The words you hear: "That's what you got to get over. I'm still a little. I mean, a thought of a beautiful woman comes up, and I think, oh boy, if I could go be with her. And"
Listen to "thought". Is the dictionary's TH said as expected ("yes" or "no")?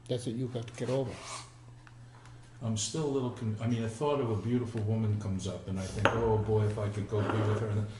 yes